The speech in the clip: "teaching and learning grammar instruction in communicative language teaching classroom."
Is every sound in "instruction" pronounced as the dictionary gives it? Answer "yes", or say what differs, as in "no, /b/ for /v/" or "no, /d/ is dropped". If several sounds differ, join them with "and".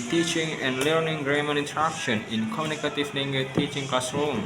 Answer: no, /s/ is dropped